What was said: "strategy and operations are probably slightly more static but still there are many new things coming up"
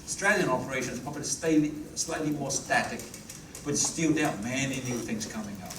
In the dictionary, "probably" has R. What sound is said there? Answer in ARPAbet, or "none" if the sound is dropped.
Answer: none